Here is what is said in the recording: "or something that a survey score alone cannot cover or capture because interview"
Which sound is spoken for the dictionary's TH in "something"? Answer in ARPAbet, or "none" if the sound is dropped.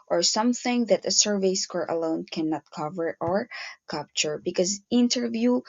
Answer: TH